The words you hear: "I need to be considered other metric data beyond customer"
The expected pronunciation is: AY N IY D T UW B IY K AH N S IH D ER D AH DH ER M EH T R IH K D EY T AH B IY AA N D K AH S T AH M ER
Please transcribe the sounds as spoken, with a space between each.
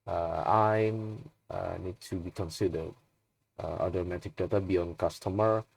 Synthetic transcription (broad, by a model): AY N IY D T UW B IY K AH N S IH D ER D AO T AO M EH T IH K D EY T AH B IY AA N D K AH S T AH M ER